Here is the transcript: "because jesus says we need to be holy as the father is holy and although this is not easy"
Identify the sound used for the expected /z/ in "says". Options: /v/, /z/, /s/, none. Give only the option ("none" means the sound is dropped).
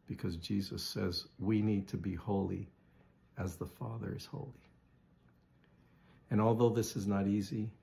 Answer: /z/